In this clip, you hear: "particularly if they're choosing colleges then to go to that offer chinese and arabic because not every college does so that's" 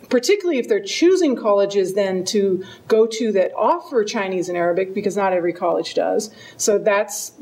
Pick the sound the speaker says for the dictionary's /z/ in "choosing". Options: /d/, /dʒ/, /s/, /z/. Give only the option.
/z/